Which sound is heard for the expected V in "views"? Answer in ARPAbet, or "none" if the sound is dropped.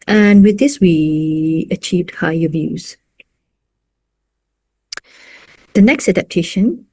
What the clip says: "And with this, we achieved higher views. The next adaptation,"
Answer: V